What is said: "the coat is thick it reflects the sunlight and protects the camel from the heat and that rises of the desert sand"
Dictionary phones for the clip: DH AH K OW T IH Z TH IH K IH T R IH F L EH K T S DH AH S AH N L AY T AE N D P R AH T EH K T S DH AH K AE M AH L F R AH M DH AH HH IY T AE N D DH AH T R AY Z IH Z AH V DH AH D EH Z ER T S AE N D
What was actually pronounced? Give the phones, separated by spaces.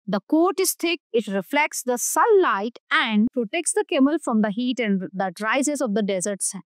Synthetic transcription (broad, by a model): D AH K OW T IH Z T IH K IH T R IH F L EH K T S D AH S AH L AY T AE N D P R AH T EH K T S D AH K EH M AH L F R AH M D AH HH IY T AE N D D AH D R AY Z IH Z AH V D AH D EH Z ER T S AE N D